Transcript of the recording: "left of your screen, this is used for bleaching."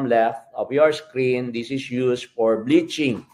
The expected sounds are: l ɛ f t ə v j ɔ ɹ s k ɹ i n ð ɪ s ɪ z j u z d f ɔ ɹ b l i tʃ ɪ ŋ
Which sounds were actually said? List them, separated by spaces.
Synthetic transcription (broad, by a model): l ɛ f t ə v j ɔ ɹ s k ɹ i n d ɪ s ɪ s j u s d f ɔ ɹ b l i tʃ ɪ ŋ